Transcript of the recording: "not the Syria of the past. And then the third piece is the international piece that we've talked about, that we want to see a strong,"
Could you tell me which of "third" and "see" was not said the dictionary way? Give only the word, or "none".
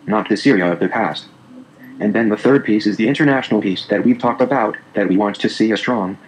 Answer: none